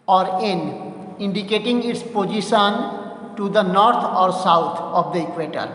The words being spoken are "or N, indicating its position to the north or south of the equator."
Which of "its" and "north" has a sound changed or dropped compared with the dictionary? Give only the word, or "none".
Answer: north